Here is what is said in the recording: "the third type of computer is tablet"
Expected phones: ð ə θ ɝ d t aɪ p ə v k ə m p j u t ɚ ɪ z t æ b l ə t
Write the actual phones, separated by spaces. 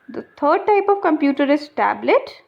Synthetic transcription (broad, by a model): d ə t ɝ d t aɪ p ə v k ə m p j u t ɚ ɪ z t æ b l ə t